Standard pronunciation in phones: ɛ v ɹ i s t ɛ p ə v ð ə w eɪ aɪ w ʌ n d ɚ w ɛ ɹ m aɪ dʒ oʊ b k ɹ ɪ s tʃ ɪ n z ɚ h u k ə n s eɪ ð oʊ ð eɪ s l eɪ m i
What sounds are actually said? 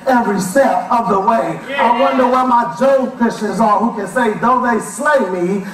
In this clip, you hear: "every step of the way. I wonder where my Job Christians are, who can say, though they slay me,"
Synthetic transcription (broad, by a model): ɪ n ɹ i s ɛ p ə v ð ə w eɪ aɪ w ʌ n d ɚ w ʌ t m aɪ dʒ oʊ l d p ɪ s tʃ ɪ z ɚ h u k ə n s eɪ ð oʊ ð eɪ s l eɪ m i